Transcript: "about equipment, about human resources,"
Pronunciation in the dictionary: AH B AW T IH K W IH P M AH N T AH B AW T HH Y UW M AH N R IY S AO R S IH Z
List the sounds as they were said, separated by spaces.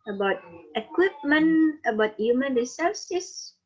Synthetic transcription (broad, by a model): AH B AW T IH K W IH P M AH N AH B AW T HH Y UW M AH N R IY S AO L S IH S